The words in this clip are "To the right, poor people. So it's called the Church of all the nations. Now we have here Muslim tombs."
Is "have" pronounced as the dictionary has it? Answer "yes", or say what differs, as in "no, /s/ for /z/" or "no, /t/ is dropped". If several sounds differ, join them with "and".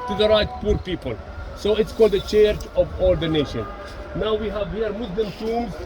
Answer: yes